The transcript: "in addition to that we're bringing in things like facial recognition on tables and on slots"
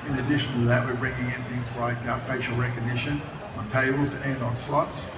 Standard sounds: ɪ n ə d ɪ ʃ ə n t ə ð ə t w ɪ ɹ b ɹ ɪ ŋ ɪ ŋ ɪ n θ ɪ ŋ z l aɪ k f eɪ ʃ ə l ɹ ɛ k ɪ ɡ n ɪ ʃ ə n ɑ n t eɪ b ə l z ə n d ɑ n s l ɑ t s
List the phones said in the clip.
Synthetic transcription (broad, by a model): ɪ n ə d ɪ ʃ ə n t ə ð ə t w ɪ ɹ b ɹ ɪ ŋ ɪ ŋ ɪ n θ ɪ ŋ z l aɪ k f eɪ ʃ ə l ɹ ɛ k ɪ ɡ n ɪ ʃ ə n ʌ n t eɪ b l z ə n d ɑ n s l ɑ t s